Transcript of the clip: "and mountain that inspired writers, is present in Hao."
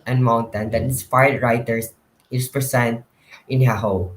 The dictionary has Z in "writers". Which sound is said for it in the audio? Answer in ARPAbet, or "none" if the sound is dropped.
S